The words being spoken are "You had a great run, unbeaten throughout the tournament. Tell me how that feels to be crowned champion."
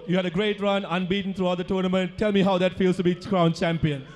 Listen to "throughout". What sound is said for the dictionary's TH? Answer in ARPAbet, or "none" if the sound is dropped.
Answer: T